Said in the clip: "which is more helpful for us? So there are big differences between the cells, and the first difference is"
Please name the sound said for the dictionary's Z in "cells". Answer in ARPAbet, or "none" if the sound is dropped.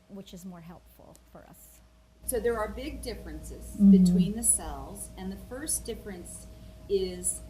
Z